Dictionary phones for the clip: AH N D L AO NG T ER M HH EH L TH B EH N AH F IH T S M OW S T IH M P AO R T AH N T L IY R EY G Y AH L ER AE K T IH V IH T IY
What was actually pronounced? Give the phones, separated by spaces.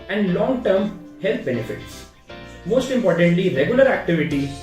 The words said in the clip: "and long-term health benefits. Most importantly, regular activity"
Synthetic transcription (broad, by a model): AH N D L AO NG T ER M HH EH L T B EH N AH F IH T S M OW S T IH M P AO R T AH N T L IY R EY G Y AH L ER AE K T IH V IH T IY